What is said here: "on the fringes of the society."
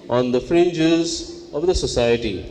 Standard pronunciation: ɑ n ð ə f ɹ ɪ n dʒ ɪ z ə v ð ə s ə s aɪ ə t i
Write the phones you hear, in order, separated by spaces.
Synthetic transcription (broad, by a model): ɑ n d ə f ɹ ɪ n dʒ ɪ z ə v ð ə s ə s aɪ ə t i